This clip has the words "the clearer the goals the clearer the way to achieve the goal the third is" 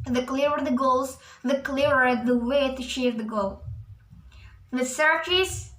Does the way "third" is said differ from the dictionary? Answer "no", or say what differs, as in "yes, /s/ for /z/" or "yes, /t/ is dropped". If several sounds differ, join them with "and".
yes, /s/ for /θ/